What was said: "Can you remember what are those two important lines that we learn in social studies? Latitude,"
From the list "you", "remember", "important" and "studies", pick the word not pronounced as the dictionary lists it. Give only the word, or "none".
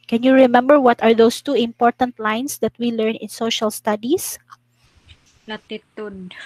studies